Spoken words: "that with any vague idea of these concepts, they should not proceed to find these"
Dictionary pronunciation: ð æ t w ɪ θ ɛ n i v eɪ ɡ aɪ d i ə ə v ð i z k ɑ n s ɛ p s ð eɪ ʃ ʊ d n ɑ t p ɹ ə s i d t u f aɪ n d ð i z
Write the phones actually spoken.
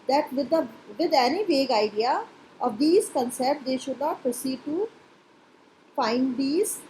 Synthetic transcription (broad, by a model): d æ t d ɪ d ɛ n i v eɪ ɡ aɪ d i ə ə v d i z k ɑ n s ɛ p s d eɪ ʃ ʊ d n ɑ t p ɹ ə s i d t u f aɪ n d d i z